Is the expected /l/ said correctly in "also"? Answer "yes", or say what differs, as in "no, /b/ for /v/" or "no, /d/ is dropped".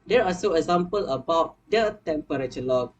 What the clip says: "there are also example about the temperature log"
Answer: no, /l/ is dropped